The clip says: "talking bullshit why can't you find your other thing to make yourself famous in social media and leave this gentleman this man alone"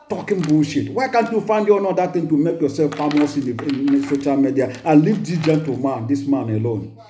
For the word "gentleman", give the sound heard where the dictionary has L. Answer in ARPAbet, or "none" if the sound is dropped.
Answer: none